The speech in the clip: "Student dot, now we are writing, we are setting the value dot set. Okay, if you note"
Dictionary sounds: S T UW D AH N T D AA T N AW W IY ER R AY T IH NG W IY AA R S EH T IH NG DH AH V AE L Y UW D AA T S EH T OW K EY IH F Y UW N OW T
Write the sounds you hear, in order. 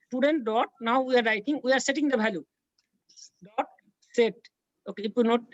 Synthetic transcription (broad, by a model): S T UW D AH N T D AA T N AW W IY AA R AY T IH NG W IY AA R S EH T IH NG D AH B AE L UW D AA T S EH T OW K EY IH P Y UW N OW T